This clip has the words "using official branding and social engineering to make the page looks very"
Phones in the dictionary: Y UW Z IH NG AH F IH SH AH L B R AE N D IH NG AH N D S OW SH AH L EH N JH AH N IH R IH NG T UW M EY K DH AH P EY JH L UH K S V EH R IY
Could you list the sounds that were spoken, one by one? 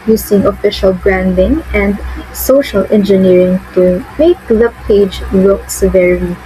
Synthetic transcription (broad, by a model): Y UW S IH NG AH F IH SH AH L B R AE N D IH NG AH N D S OW SH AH L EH N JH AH N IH R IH NG T UW M EY K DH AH P EY JH W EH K S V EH R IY